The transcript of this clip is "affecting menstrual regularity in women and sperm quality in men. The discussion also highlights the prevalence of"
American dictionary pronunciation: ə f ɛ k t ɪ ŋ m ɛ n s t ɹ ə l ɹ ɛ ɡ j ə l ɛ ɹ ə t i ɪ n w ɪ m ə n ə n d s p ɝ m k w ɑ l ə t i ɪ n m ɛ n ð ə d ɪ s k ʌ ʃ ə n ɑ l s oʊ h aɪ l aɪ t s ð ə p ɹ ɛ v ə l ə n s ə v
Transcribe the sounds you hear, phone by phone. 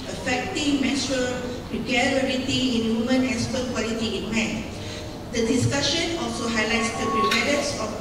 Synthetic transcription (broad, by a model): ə f ɛ k t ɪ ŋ m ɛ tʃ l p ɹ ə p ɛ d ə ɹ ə t i ɪ n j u m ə n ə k s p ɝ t k w ɑ l ə t i ɪ n m ɛ n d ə d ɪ s k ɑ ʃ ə n ɑ l s oʊ h aɪ l aɪ t s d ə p ɹ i p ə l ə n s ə